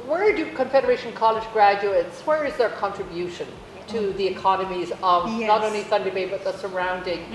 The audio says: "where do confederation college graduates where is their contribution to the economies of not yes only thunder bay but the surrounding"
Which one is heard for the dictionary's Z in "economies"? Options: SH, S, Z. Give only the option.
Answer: Z